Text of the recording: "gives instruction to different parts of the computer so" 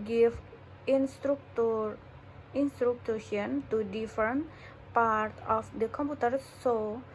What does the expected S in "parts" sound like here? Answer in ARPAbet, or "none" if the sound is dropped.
none